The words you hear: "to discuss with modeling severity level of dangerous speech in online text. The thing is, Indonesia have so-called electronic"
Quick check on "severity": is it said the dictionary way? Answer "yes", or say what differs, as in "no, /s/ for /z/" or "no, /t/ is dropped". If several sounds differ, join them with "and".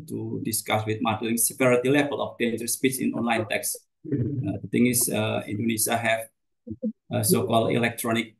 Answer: no, /p/ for /v/